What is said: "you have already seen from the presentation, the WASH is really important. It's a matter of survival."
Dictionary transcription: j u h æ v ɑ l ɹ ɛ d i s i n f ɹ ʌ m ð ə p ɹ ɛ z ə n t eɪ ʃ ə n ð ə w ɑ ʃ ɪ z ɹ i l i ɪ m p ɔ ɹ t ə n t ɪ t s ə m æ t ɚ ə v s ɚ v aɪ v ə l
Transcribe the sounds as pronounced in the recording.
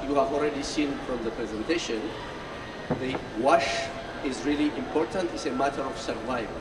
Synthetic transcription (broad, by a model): j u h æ v ɑ l ɹ ɛ d i s i n f ɹ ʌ m ð ə p ɹ ɛ z ə n t eɪ ʃ ə n ð ə w ɑ ʃ ɪ z ɹ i l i ɪ m p ɔ ɹ t ə n t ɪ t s ə m æ t ɚ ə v s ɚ v aɪ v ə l